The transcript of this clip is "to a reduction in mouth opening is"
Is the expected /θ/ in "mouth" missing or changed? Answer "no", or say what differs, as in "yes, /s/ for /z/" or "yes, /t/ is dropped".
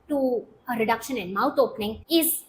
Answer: yes, /t/ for /θ/